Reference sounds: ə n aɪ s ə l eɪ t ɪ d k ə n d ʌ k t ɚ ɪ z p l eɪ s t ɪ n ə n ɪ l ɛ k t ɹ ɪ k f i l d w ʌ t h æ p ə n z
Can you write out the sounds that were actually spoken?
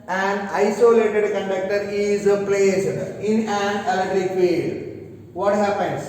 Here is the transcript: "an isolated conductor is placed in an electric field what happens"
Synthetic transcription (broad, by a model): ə n aɪ s ə l eɪ t ɪ d k ə n d ʌ k t ɚ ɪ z p l eɪ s ɪ n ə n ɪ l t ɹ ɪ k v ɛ d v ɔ t h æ p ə n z